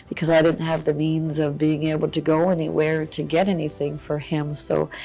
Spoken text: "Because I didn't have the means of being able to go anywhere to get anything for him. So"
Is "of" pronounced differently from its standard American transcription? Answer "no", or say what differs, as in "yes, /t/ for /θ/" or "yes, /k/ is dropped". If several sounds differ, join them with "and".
no